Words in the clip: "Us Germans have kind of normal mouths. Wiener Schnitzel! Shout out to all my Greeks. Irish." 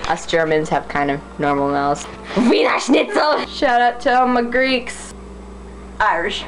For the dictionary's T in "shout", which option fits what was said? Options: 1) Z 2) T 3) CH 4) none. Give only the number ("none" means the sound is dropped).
2